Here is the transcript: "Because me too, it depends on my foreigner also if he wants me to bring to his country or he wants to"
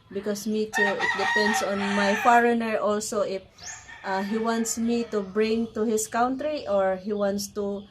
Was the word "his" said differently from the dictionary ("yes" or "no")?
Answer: yes